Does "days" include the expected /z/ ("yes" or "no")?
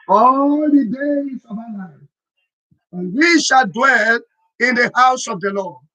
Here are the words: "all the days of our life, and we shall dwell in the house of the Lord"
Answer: no